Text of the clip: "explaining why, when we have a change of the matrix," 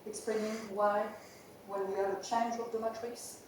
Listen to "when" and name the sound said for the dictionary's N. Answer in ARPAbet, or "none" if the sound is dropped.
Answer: L